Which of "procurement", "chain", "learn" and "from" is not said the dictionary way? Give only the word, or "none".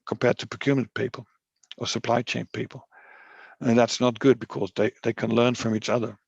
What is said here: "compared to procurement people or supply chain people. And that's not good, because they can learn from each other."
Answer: procurement